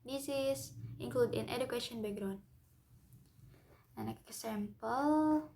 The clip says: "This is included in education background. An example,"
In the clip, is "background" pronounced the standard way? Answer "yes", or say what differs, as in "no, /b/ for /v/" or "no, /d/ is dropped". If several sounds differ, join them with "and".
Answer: no, /k/ is dropped